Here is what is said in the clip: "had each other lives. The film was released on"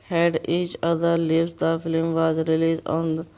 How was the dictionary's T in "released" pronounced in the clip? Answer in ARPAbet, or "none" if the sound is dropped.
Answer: none